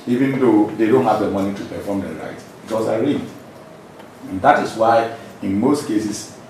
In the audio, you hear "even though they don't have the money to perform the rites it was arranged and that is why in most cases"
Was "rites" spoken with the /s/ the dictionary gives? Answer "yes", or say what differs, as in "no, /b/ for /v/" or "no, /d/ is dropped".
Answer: no, /s/ is dropped